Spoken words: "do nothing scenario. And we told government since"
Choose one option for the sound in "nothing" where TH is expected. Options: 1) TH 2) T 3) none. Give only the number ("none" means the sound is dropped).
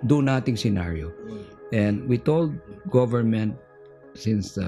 2